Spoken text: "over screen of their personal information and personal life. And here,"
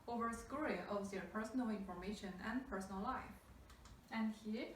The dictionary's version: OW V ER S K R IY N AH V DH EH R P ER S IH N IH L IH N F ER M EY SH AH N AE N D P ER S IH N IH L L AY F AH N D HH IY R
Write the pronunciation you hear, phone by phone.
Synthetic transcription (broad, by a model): OW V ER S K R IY AH V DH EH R P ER S N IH L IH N F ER M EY SH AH N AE N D P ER S N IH L L AY F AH N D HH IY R